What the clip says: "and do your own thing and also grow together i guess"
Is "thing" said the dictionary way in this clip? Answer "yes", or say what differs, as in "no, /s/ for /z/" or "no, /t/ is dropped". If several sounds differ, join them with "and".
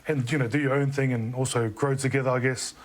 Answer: yes